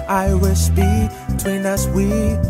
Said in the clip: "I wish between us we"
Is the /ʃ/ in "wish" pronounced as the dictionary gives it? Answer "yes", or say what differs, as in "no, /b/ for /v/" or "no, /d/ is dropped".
no, /s/ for /ʃ/